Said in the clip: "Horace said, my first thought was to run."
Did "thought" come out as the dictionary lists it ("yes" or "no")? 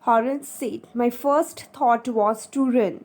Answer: no